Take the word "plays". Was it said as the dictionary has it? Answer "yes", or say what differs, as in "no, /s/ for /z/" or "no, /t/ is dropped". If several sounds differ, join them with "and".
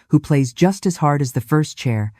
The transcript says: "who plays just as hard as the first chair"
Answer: yes